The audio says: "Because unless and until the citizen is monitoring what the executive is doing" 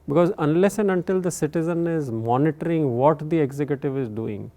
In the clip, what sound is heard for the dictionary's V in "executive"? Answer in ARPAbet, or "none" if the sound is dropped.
V